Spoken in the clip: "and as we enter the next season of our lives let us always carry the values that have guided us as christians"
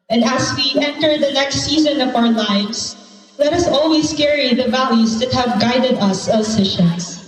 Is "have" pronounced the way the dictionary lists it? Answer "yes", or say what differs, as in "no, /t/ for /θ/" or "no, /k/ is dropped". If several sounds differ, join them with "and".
yes